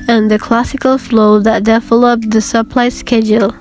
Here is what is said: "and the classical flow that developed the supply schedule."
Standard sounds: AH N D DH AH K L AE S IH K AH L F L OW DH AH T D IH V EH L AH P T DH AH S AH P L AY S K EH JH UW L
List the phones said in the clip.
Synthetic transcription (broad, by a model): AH N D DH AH K L AE S IH K AH L F L OW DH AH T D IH F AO L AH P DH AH S AH P L AY S K EH JH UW L